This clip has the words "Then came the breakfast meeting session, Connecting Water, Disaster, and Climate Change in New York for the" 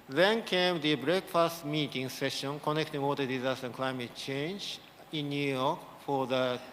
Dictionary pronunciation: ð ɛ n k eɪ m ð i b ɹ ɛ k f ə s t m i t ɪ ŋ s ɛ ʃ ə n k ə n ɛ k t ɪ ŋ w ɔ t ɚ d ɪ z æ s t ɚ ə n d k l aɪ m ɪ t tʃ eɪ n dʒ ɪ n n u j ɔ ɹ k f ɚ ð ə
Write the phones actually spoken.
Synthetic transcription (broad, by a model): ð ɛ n k eɪ m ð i b ɹ ɛ k f ə s t m i t ɪ ŋ s ɛ ʃ ə n k ə n ɛ k t ɪ ŋ w ɔ t ɚ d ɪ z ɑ s t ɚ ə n k l aɪ m ɪ t tʃ eɪ n dʒ ɪ n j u j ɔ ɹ k f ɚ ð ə